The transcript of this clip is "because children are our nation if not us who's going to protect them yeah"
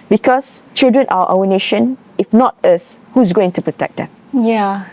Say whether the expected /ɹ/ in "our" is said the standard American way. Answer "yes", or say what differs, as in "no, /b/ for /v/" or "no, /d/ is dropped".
no, /w/ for /ɹ/